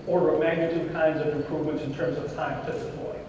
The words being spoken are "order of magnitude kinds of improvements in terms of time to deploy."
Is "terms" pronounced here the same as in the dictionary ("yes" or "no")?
yes